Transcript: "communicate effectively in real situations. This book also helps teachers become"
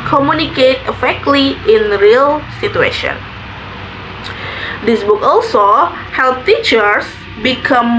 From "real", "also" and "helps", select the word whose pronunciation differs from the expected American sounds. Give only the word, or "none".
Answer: helps